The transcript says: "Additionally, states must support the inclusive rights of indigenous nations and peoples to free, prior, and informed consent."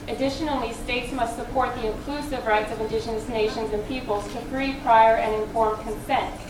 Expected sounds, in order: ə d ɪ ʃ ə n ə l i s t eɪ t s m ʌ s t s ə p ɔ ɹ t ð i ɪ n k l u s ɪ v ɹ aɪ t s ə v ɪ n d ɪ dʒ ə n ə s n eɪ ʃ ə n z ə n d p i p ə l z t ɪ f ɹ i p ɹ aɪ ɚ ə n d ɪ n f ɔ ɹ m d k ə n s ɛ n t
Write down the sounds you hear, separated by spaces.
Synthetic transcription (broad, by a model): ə d ɪ ʃ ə n l i s t eɪ t s m ʌ s t s ə p ɔ ɹ t ð i ɪ n k l u s ɪ v ɹ aɪ t s ə v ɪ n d ɪ ʃ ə n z n eɪ ʃ ə n z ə n p i p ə l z t ɪ f ɹ i p ɹ aɪ ɚ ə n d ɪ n f ɔ ɹ m k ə n s ɛ n t